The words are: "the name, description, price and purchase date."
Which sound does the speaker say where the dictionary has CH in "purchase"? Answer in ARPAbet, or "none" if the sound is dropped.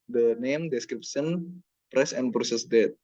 S